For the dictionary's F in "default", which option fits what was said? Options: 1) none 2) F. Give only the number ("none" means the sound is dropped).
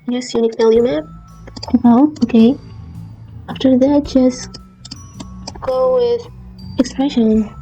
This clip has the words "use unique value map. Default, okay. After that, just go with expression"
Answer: 1